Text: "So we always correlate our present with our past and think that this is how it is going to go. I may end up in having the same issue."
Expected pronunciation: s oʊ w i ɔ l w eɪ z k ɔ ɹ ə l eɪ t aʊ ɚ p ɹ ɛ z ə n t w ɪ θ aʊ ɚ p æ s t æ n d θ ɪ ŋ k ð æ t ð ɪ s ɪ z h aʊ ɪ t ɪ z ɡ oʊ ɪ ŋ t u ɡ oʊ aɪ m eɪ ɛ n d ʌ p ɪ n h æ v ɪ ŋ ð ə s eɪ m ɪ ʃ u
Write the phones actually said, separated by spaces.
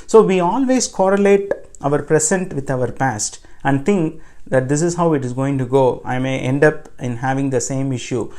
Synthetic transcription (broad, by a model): s oʊ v i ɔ l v eɪ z k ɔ ɹ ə l eɪ t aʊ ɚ p ɹ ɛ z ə n t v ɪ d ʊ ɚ p æ s t æ n d t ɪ ŋ k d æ t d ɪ s ɪ z h aʊ ɪ t ɪ z ɡ oʊ ɪ ŋ t u ɡ oʊ aɪ m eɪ ɛ n d ʌ p ɪ n h æ v ɪ ŋ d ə s eɪ m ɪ ʃ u